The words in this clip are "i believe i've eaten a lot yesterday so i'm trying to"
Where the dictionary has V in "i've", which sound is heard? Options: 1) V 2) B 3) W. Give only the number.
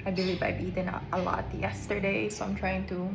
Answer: 2